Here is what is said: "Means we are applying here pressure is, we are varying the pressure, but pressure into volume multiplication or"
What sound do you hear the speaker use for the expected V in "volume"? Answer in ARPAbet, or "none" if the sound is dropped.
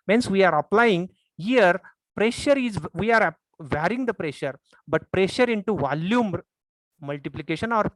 V